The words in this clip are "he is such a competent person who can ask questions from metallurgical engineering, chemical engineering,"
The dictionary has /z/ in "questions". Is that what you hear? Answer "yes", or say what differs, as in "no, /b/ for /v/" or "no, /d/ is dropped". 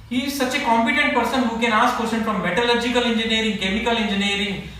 no, /z/ is dropped